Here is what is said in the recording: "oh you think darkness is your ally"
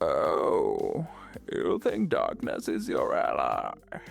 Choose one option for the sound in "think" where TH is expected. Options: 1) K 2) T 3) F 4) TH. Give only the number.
4